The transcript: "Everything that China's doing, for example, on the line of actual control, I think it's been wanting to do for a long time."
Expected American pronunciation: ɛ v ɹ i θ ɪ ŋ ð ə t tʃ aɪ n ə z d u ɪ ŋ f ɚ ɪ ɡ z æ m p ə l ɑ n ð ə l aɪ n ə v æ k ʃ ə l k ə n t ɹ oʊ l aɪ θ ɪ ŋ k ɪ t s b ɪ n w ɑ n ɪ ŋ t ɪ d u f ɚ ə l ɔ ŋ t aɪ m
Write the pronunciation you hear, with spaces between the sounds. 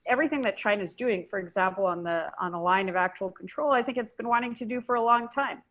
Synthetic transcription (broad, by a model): ɛ v ɹ i θ ɪ ŋ ð ə t tʃ aɪ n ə z d u ɪ ŋ f ɚ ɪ ɡ z æ m p l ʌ n ð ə l aɪ n ə v æ k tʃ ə l k n t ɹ oʊ l aɪ θ ɪ ŋ k ɪ t s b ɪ n w ɑ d ɪ ŋ t ɪ d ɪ f ɚ ə l ɔ ŋ t aɪ m